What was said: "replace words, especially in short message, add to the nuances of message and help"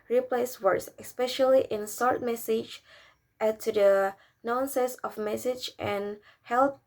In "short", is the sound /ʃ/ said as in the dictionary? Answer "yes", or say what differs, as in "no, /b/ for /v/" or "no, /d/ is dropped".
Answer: no, /s/ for /ʃ/